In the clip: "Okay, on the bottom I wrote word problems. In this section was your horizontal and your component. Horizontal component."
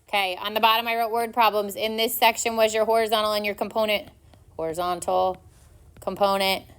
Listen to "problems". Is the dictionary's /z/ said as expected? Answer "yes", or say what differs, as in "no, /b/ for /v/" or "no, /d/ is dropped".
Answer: yes